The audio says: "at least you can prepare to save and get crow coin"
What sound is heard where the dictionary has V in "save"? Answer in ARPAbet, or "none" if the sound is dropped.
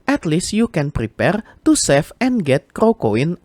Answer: F